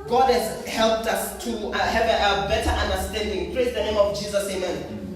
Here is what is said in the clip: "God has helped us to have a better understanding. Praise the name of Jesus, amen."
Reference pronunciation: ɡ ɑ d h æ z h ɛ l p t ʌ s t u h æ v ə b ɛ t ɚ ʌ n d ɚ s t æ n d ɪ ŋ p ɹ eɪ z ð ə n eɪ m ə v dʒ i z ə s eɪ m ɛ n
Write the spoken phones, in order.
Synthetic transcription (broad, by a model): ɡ ɑ d h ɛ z h ɛ l p t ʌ s t u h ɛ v ə b ɛ t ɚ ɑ n d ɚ s t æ n d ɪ ŋ p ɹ eɪ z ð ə n eɪ m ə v dʒ i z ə s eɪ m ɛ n